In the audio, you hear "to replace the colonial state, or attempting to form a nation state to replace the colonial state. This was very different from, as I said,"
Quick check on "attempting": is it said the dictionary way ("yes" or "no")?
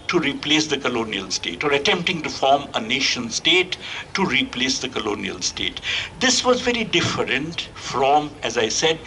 yes